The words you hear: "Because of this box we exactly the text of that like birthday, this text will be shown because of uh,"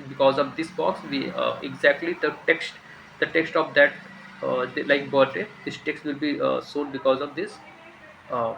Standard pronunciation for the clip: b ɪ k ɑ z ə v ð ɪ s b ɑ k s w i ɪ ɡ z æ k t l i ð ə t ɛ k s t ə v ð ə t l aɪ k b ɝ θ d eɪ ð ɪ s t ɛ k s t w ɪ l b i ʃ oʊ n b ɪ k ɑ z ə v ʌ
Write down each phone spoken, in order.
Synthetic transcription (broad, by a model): b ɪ k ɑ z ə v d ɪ s b ɑ k s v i ɪ ɡ z æ k t l i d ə t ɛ k s t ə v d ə t l aɪ k b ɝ t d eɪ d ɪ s t ɛ k s t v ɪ l b i s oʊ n b ɪ k ɑ z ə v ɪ